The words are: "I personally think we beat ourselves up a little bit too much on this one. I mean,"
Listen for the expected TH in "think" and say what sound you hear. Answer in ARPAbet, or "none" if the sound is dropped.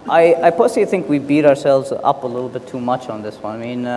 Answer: TH